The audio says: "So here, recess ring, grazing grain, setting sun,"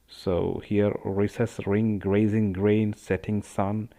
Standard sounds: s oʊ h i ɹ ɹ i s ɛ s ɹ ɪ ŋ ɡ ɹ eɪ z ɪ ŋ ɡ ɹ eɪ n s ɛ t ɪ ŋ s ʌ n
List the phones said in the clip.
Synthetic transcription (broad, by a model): s oʊ h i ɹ ɹ i s ɛ s ɹ ɪ ŋ ɡ ɹ eɪ z ɪ ŋ ɡ ɹ eɪ n s ɛ t ɪ ŋ s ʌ n